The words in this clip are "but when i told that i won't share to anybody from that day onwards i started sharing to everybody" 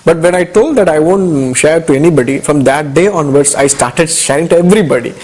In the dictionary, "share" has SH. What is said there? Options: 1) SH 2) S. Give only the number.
1